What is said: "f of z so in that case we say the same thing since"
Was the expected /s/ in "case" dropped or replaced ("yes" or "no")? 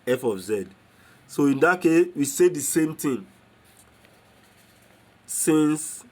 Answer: no